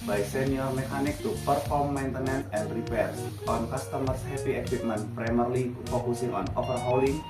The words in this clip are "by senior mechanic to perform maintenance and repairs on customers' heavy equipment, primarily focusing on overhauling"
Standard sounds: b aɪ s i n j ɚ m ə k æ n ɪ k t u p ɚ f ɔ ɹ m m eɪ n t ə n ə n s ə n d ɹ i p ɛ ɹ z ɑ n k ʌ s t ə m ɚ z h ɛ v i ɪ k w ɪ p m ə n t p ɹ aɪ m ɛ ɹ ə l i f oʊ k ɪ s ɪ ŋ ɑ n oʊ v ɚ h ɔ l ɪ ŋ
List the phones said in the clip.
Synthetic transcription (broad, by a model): b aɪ s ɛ n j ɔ m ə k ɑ n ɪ k t u p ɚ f ɔ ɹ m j n t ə n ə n ə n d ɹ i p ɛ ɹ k ɑ n k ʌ s t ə m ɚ s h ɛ p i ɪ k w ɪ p m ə n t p ɹ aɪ m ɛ ɹ l i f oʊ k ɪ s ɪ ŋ ɑ n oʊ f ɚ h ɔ l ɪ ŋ